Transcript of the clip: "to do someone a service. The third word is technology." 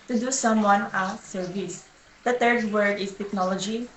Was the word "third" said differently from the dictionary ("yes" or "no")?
yes